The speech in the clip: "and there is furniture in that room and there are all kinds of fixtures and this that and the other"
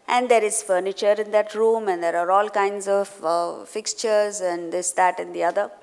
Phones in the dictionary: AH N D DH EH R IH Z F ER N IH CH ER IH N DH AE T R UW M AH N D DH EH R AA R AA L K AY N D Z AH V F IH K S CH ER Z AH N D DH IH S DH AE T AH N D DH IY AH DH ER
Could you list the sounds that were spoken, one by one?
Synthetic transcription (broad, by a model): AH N D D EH R IH Z F ER N IH CH ER IH N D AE T R UW M AH N D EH R AA R AA L K AY N D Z AH V F IH K S CH ER Z AH N D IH S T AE T AH N D IY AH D ER